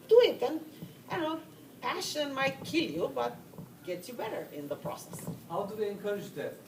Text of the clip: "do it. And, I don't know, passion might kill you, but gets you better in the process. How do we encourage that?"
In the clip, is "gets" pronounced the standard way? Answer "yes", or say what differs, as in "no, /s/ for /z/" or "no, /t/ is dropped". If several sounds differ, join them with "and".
no, /s/ is dropped